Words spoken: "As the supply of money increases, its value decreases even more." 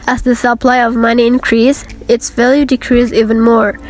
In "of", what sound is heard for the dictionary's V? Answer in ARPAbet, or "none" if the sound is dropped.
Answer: V